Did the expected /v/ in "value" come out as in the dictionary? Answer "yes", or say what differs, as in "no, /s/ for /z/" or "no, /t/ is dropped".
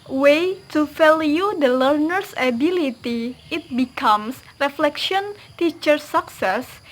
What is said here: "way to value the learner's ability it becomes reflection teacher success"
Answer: no, /f/ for /v/